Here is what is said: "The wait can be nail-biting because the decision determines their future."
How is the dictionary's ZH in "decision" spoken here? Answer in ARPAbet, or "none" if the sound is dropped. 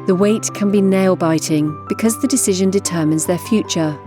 ZH